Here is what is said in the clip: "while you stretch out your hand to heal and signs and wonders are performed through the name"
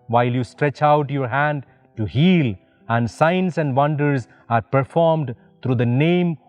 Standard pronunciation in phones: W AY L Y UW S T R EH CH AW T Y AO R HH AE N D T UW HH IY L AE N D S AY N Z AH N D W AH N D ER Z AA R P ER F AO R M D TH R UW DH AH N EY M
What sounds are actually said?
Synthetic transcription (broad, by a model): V AY L Y UW S T R EH CH AW T Y AO R HH AE N D T UW HH IY L AE N D S AY N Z AH N D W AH N D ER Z AA R P ER F AO R M D T R UW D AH N EY M